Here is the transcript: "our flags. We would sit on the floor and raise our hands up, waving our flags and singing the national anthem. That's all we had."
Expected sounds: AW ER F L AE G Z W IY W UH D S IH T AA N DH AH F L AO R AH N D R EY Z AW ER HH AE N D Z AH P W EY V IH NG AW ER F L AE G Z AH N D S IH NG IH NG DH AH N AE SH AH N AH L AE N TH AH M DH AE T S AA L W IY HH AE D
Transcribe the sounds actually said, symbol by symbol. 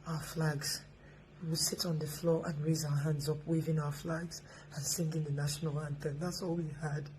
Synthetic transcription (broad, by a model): AW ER F L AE G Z W IY W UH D S IH T N DH AH F L AO R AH N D R EY Z AW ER HH AE N D Z AH P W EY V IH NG AW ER F L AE G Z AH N S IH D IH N DH AH N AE SH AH N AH L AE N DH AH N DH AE T S AA L W IY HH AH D